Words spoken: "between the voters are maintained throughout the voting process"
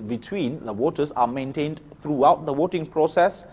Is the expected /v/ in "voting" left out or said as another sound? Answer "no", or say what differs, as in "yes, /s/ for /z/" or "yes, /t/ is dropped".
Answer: yes, /w/ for /v/